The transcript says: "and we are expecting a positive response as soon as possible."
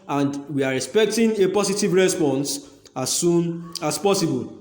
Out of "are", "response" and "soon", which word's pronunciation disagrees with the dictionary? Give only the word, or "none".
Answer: none